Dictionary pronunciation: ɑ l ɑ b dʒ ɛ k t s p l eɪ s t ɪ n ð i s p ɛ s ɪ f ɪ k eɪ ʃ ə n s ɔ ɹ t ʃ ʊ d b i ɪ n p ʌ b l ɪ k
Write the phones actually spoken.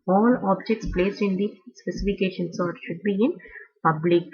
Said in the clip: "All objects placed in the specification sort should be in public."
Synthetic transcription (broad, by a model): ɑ l ɑ b dʒ ɛ k t s p l eɪ s t ɪ n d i s p ɛ s ɪ f ɪ k eɪ ʃ ə n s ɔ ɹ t ʃ ʊ d b i ɪ n p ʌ b l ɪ k